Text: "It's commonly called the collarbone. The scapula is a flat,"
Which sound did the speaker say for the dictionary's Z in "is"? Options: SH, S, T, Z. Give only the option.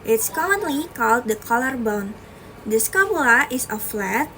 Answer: S